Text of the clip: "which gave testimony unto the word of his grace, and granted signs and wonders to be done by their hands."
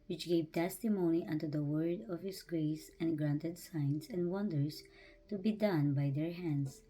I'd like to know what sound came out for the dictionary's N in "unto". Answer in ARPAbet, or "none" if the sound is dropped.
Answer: N